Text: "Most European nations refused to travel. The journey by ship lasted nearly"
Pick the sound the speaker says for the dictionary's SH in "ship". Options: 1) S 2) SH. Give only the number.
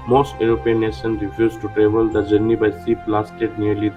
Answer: 1